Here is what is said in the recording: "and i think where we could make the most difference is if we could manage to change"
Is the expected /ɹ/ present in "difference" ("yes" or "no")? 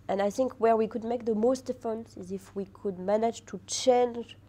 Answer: no